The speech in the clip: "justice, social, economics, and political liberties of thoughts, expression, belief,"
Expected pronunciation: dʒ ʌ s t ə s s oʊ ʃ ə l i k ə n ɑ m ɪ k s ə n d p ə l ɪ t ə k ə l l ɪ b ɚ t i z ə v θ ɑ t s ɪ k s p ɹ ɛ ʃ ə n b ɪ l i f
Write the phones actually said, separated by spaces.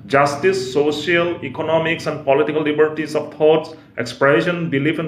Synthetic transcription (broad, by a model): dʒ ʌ s t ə s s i ə l i k ə n ɑ m ɪ k s ə n d p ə l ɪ t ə k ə l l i b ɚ t i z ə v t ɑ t s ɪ k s p ɹ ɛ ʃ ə n b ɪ l i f